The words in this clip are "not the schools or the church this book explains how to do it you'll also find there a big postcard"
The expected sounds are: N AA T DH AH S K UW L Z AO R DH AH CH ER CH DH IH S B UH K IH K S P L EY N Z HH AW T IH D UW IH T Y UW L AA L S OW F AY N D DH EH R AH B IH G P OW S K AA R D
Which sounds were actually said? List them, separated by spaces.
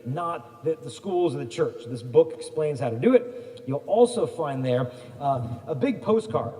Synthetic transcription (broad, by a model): N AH T DH AH S K UW L Z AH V DH AH CH ER CH DH IH S B UH K IH K S P L EY N Z HH AW T IH D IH IH T Y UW L AA L S OW F AY N DH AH R AH B IH G P OW S K AA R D